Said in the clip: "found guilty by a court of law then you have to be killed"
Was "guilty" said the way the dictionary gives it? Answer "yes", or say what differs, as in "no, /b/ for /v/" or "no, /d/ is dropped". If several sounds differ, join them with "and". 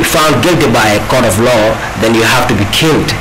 yes